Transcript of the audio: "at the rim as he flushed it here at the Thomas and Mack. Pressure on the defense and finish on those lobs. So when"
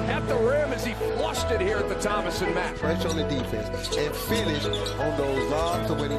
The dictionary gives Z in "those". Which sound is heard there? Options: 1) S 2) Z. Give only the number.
2